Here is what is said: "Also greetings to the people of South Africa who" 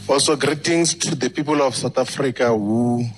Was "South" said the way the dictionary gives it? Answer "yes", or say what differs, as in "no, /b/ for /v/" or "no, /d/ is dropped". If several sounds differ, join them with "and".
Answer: no, /t/ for /θ/